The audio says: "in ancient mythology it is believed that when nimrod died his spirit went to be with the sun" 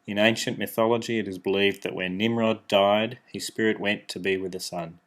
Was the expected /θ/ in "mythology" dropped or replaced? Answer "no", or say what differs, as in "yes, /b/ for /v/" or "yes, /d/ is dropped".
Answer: no